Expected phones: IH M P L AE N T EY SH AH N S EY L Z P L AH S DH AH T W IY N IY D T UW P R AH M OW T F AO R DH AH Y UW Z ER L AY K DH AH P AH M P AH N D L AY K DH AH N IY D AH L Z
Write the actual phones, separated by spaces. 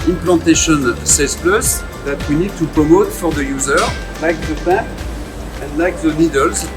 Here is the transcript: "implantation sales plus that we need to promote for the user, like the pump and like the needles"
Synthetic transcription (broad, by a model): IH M P L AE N T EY SH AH N S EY Z P L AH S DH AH T W IY N IY D T UW P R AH M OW T F AO R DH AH Y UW Z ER L AY K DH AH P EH P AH N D L AY K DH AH N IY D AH L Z